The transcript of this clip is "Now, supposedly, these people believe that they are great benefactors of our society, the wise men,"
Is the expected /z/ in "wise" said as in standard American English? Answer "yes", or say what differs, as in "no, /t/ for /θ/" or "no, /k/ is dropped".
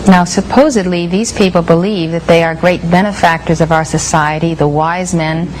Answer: yes